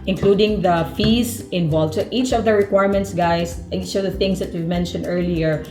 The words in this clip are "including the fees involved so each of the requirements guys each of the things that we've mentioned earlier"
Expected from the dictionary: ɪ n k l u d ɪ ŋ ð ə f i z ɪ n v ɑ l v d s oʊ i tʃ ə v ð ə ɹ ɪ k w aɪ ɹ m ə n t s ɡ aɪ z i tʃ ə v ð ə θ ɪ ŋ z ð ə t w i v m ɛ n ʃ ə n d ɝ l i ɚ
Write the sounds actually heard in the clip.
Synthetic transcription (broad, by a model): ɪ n k l u d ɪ ŋ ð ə f i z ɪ n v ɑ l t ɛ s i tʃ ə v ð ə ɹ ɪ k w aɪ ɹ m ə n t s ɡ aɪ s i tʃ ə v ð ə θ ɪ ŋ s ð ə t w i v m ɛ n ʃ ə n d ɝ l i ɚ